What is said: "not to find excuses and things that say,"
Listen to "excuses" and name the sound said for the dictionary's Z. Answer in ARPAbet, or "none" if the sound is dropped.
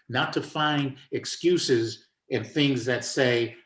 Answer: Z